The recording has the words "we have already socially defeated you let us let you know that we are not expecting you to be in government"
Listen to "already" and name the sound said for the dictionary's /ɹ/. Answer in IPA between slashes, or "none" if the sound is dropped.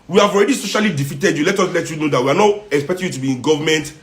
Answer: /ɹ/